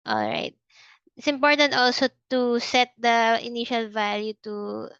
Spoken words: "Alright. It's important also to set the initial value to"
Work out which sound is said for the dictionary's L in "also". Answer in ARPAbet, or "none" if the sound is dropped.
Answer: L